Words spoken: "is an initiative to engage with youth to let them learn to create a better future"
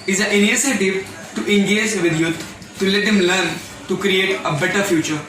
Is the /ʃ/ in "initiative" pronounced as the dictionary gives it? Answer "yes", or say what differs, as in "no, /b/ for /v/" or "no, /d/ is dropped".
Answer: no, /s/ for /ʃ/